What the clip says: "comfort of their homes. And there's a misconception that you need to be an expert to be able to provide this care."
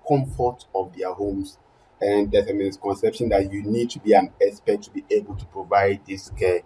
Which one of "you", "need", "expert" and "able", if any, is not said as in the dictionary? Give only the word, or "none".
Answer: expert